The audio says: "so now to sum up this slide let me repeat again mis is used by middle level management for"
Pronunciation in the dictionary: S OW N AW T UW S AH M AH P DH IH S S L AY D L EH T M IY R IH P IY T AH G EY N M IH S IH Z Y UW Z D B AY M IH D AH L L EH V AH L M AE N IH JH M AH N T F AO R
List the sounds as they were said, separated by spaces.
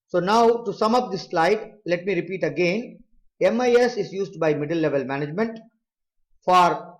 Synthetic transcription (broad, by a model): S OW N AW T UW S AH M AH P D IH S S L AY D L EH T M IY R IH P IY T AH G EY N M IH S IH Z Y UW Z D B AY M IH D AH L L EH V AH L M AE N IH JH M AH N T F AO R